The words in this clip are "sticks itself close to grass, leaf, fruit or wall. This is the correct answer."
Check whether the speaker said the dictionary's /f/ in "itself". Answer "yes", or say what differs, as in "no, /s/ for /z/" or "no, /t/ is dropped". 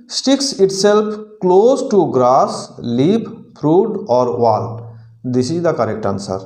no, /p/ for /f/